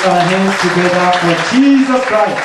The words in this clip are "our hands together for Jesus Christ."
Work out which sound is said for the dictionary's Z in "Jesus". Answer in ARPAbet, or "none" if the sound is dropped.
Z